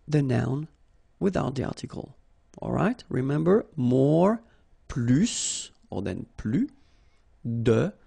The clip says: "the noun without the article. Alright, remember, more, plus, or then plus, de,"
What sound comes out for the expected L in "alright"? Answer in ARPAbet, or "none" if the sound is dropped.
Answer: L